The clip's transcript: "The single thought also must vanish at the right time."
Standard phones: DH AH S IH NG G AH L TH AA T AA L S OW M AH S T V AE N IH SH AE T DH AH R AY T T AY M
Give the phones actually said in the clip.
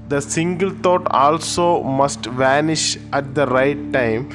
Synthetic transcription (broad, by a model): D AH S IH NG G AH L T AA T AA L S OW M AH S T V AE N IH SH AE T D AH R AY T T AY M